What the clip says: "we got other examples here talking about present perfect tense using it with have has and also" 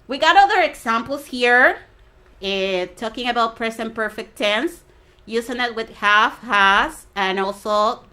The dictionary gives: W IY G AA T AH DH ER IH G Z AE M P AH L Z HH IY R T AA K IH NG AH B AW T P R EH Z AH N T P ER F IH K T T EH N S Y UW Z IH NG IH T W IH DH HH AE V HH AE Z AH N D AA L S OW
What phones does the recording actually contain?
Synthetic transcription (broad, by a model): W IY G AA T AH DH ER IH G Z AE M P L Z HH IY R T AA K IH NG AH B AW T P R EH S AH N P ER F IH K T T EH N S Y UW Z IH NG IH T W IH DH HH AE F HH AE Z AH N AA L S OW